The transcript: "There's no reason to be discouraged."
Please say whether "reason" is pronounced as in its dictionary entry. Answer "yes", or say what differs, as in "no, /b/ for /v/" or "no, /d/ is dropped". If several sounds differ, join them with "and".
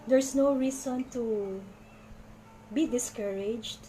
no, /s/ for /z/